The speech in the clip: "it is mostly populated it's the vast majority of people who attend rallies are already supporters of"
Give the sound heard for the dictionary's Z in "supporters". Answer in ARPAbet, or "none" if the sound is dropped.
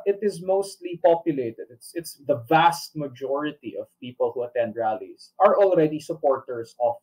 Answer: S